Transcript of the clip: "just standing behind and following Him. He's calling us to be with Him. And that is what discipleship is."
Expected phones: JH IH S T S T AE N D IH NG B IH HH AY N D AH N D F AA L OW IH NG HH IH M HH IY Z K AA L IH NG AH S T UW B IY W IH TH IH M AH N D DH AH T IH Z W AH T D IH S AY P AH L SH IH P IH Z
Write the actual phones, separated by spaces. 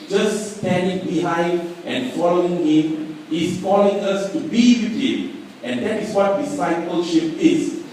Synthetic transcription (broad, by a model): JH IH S S T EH N D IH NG B IH HH AY N D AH N F AA L OW IH NG HH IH M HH IY S K AA L IH NG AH S T UW B IY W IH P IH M AH N D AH T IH S W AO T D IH S AY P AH L SH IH P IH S